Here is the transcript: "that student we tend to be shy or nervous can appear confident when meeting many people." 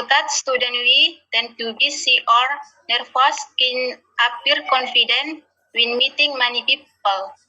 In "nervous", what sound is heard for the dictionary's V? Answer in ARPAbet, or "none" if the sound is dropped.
F